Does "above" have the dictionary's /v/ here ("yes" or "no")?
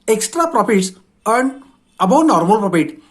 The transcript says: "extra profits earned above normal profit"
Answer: no